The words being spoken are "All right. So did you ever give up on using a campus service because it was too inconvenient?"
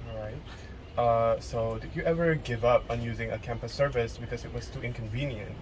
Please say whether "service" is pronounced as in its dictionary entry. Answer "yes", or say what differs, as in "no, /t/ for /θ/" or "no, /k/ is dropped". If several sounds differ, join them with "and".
yes